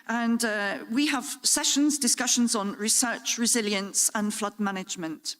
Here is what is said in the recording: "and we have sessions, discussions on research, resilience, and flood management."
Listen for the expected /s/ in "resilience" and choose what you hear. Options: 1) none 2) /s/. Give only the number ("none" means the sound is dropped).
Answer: 2